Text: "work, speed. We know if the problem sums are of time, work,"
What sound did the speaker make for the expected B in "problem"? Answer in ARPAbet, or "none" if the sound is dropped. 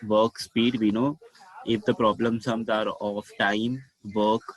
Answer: B